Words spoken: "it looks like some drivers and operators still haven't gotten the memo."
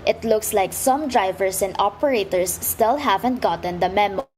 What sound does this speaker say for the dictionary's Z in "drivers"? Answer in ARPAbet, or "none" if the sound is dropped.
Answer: S